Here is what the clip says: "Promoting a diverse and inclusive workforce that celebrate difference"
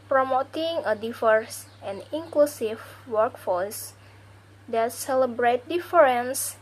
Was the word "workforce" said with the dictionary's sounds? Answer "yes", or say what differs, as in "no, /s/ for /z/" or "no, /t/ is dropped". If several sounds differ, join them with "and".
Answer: no, /l/ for /ɹ/